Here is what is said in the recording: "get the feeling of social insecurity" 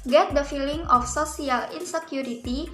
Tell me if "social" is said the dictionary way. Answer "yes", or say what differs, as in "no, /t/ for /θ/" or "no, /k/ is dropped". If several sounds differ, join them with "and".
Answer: no, /s/ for /ʃ/